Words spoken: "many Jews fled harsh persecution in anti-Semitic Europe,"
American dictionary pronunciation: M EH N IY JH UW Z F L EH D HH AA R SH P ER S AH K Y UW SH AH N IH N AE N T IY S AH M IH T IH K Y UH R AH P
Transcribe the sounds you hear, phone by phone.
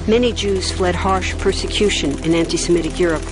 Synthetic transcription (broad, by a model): M EH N IY JH UW Z F L EH D HH AA R SH P ER S AH K Y UW SH AH N IH N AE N T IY S AH M IH T IH K Y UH R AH P